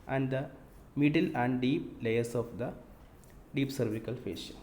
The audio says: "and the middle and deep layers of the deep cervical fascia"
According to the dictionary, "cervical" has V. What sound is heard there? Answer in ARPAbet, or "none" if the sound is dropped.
V